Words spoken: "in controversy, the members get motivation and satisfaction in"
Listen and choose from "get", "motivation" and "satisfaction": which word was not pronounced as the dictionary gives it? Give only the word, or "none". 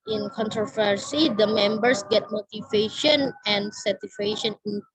satisfaction